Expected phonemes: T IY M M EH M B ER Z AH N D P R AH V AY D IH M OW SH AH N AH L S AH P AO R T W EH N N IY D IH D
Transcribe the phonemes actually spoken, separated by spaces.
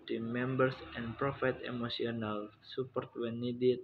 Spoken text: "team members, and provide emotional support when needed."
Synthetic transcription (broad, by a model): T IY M M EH M B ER S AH N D P R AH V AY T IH M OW S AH N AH L S AH P AO R T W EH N N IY D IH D